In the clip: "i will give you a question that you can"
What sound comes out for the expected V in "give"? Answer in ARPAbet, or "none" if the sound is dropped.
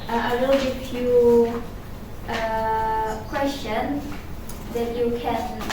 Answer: F